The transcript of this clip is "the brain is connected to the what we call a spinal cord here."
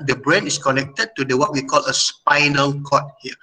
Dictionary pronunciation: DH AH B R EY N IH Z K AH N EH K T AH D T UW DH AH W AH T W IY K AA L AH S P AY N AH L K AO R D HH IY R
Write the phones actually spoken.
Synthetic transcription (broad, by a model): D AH B R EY N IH S K AH N EH K T AH D T UW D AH W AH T W IY K AA L AH S P AY N AH L K AO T HH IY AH